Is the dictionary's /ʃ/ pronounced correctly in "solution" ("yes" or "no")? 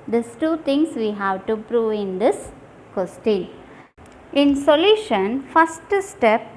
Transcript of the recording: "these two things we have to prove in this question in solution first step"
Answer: yes